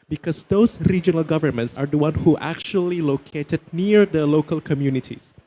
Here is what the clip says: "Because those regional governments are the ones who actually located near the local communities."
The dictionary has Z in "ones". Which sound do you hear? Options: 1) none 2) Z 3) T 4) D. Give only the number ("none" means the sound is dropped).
1